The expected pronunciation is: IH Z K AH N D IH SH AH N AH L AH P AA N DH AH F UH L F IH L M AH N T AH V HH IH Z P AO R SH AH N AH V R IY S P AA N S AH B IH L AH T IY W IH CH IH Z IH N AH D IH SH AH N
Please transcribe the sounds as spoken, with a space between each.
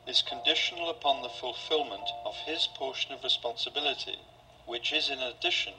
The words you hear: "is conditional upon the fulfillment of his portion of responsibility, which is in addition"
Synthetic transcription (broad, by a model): IH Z K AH N D IH SH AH N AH L AH P AA N DH AH F UH L F IH L M AH N T AH V IH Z P AO R SH AH N AH V R IY S P AA N S AH B IH L AH T IY W IH CH IH Z IH N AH D IH SH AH N